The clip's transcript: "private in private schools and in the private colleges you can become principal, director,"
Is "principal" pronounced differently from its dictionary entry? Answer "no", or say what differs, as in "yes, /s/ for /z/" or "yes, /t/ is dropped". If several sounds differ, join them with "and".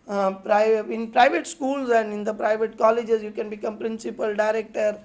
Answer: no